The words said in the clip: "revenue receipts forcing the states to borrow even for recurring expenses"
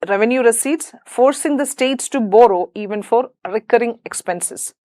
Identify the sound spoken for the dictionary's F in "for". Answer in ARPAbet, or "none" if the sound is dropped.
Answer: F